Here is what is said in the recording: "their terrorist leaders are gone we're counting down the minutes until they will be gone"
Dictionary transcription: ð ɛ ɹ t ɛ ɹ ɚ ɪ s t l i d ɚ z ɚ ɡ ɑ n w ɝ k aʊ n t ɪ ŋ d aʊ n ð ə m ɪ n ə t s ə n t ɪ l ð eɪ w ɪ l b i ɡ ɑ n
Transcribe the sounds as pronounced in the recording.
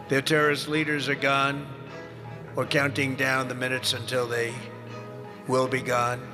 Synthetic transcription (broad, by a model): ð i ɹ t ɛ ɹ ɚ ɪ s l i d ɚ z ɚ ɡ ɑ n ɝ k aʊ n t ɪ ŋ d aʊ n ð ə m ɪ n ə t s ə n t ɪ l ð eɪ w ɪ l b i ɡ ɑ n